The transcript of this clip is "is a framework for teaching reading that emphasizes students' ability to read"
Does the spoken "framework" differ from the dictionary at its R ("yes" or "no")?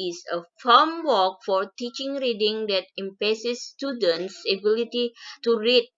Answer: yes